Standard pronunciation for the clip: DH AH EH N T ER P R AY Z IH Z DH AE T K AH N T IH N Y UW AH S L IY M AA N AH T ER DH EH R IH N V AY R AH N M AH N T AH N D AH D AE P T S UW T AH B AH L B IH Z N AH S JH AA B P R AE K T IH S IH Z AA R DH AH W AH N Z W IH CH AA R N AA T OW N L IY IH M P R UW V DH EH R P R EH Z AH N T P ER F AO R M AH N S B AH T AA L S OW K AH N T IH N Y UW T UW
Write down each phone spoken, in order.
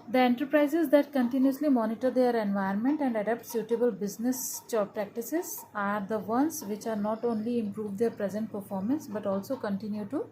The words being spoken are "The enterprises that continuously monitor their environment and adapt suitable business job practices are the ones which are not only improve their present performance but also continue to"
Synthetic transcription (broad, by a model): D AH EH N T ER P R AY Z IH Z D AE T K AH N T IH N Y UW AH S L IY M AA N AH T ER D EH R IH N V AY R N M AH N T AH N D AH D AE P T S UW T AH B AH L B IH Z N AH S CH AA P R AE K T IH S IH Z AA R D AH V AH N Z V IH CH AA R N AA T OW N L IY IH M P R UW V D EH R P R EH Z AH N T P ER F AO R M AH N S B AH T AA L S OW K AH N T IH N Y UW T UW